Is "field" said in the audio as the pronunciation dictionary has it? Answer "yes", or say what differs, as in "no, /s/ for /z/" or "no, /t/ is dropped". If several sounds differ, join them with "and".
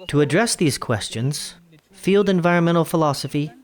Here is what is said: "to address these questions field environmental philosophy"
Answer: yes